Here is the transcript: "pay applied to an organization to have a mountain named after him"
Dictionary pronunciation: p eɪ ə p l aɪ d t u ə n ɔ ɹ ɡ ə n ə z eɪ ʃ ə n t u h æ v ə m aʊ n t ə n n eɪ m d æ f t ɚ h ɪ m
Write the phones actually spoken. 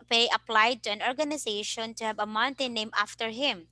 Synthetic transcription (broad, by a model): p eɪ ə p l aɪ d t u ə n ɔ ɹ ɡ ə n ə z eɪ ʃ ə n t u h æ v ə m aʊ n t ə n n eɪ m æ f t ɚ h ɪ m